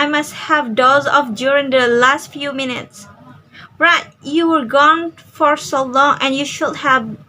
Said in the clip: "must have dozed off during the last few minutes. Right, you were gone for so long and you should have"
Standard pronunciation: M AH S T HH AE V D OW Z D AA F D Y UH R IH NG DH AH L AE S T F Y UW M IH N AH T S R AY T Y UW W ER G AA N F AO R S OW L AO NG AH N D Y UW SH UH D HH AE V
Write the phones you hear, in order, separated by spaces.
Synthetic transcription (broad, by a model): M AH S T HH AE V D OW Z AA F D Y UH R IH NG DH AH L AE S T F Y UW M IH N AH T S R AY T Y UW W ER G AA N F AO R S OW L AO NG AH N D Y UW SH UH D HH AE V